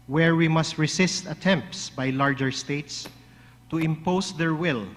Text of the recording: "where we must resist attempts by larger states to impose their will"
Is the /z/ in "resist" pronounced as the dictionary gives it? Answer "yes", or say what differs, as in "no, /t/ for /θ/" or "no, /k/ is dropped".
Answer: no, /s/ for /z/